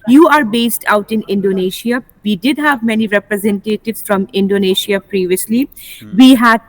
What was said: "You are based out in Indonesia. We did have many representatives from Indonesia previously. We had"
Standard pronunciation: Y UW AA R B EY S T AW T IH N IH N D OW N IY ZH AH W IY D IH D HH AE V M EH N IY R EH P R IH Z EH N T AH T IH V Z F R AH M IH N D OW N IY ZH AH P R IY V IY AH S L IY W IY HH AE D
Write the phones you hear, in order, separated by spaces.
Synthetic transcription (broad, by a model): Y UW AA R B EY S T AW T IH N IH N D OW N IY SH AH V IY D IH D HH AE V M EH N IY R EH P R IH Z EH N T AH T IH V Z F R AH M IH N D OW N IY SH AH P R IY V IY AH S L IY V IY HH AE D